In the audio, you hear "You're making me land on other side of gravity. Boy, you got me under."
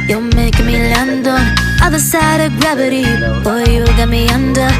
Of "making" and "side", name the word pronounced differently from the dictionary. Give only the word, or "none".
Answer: making